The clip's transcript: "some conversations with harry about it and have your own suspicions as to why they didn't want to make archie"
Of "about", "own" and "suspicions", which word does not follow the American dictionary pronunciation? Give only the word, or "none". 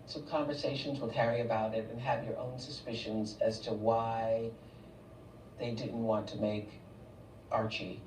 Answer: none